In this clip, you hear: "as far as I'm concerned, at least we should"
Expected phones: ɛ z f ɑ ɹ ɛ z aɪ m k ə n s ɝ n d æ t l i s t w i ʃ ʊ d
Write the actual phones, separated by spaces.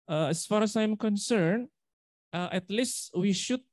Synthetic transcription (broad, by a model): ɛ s f ɑ ɹ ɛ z aɪ m k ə n s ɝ n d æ t l i s t w i ʃ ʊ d